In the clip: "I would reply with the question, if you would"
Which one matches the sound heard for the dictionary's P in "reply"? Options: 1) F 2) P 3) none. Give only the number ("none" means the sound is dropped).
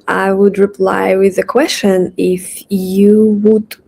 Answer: 2